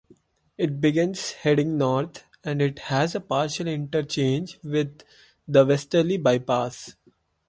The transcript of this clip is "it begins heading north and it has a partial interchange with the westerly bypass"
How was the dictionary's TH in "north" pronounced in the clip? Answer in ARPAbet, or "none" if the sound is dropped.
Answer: T